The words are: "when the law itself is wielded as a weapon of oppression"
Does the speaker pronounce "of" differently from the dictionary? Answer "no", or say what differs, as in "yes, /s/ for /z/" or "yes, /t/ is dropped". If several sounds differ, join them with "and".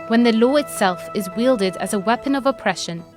no